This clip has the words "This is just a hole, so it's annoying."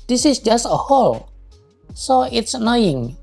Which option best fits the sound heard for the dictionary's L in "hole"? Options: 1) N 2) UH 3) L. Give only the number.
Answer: 3